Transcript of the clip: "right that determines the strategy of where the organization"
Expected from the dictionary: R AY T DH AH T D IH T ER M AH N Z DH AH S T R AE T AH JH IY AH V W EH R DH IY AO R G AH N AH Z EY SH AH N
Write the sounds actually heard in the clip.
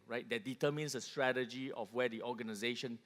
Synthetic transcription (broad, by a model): R AY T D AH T D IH T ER M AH N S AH S T R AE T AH JH IY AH F W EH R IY AO G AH N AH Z EY SH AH N